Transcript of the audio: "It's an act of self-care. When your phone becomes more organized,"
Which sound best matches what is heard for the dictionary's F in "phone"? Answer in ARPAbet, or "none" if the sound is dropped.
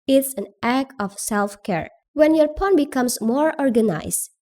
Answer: P